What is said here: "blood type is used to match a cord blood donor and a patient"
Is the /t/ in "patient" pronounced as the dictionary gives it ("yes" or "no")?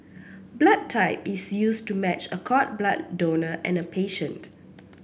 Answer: yes